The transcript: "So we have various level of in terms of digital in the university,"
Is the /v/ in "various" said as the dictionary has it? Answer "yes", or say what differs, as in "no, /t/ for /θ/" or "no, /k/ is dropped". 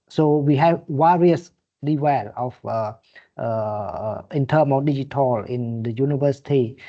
no, /w/ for /v/